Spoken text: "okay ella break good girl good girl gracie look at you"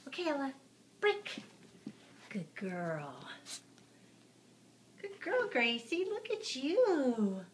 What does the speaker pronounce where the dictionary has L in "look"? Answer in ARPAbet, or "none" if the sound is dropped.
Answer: L